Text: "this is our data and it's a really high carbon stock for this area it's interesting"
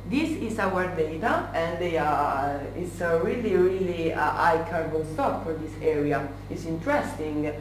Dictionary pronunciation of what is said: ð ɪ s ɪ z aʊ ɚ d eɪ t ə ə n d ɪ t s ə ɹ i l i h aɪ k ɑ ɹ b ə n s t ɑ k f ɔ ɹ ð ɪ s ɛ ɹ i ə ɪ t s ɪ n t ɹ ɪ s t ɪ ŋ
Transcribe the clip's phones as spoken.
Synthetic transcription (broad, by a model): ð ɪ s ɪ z aʊ ɚ d eɪ t ə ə n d ɪ t s ə ɹ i l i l aɪ k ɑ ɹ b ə l s t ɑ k f ɔ ɹ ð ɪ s ɛ ɹ i ə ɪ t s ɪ n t ɹ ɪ s t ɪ ŋ